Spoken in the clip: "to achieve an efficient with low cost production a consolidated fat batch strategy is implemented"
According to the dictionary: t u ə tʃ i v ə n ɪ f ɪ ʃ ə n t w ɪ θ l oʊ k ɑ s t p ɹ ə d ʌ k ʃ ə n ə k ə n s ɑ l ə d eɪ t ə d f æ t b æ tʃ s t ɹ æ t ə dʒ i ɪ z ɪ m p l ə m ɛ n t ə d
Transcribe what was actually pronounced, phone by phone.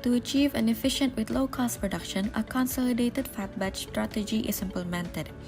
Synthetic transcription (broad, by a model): t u ə tʃ i v ə n ɪ f ɪ ʃ ə n t w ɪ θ l oʊ k ɑ s t p ɹ ə d ʌ k ʃ ə n ə k ə n s ɑ l ə d eɪ t ə d f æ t b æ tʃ s t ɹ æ t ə dʒ i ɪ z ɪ m p l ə m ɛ n t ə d